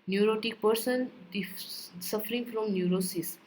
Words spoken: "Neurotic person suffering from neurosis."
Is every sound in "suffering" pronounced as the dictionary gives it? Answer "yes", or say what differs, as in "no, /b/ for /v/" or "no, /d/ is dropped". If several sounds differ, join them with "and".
yes